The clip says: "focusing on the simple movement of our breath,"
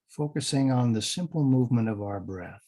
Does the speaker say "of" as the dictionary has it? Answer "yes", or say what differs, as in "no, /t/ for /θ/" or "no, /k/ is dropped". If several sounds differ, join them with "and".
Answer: yes